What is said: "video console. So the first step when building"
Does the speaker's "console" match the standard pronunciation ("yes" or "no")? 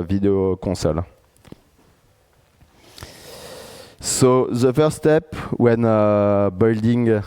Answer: no